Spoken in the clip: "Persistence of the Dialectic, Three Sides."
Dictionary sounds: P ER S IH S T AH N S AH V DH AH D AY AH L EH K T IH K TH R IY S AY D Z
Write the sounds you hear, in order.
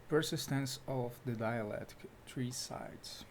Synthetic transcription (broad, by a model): P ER S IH S T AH N S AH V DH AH D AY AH L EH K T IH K T R IY S AY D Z